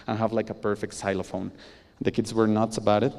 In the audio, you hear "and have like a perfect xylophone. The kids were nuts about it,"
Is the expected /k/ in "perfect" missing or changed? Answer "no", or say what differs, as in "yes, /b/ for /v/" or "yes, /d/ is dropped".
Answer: no